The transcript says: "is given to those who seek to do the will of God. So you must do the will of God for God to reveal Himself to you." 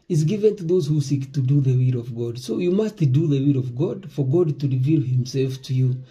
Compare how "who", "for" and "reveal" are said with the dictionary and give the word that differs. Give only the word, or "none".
none